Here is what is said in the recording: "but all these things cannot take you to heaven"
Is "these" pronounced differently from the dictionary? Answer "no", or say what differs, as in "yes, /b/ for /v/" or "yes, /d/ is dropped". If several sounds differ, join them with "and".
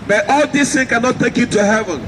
yes, /s/ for /z/